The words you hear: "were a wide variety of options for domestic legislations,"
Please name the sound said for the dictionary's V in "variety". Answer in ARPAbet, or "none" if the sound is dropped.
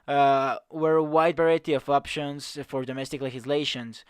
B